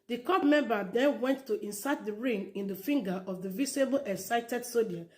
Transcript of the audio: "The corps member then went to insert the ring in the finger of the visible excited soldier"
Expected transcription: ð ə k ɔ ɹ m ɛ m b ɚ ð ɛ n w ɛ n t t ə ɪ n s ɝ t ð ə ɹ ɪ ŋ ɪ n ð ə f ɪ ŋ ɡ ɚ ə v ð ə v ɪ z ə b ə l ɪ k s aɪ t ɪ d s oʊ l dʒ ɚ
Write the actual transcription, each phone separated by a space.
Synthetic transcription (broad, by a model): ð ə k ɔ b m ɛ m b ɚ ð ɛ n w ɛ n t t ə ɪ n s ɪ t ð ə ɹ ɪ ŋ ɪ n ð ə f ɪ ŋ ɡ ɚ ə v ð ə v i s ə b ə l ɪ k s aɪ t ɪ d s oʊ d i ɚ